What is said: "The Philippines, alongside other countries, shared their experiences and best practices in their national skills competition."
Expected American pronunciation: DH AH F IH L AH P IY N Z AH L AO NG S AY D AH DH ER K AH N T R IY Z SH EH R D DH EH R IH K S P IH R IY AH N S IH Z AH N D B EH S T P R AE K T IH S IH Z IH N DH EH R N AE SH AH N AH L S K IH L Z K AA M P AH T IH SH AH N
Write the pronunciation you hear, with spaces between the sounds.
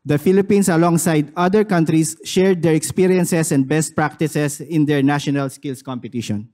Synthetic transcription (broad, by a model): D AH F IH L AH P IY N S AH L AO NG S AY D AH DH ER K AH N T R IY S SH EH R D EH R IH K S P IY R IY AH N S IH S AH N D B EH S T P R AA K T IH S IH S IH N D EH R N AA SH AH N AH L S K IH L S K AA M P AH T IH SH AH N